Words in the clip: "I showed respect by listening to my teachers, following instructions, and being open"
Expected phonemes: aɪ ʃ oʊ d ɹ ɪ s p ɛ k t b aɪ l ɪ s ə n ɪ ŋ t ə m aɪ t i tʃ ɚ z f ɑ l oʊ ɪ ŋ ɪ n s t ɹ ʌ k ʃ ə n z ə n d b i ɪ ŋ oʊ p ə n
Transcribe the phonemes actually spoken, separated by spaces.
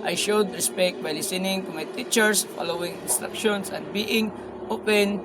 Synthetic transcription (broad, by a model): aɪ ʃ oʊ d ɹ ɪ s p ɛ k t b aɪ l ɪ s ə n ɪ ŋ t ə m aɪ t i tʃ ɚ s f ɑ l oʊ ɪ ŋ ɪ n s t ɹ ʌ k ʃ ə n s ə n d b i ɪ ŋ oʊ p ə n